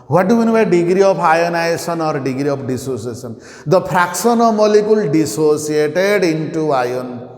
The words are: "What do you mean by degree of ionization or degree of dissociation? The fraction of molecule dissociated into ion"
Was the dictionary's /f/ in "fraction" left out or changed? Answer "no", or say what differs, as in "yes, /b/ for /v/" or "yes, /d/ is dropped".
yes, /p/ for /f/